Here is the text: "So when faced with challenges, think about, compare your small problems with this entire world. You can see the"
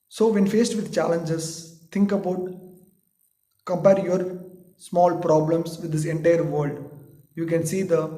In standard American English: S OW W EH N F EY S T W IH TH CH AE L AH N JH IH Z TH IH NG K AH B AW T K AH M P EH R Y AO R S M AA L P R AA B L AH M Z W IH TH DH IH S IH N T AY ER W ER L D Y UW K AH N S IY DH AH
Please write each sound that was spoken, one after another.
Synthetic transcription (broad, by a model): S OW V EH N F EY S T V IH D CH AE L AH N JH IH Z S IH NG K AH B AW T K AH M P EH R Y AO R S M AA L P R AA B L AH M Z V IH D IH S IH N T AY ER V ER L D Y UW K AH N S IY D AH